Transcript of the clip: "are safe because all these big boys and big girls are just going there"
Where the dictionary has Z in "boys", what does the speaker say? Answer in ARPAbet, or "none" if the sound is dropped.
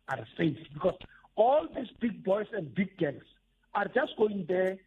S